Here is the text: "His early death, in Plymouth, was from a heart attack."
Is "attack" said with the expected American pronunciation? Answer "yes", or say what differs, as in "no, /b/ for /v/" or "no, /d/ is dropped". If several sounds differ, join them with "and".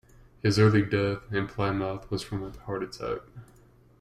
no, /s/ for /t/